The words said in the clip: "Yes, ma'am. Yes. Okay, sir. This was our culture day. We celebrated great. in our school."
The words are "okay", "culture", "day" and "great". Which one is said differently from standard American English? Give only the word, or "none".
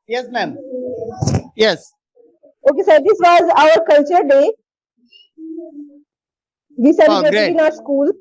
great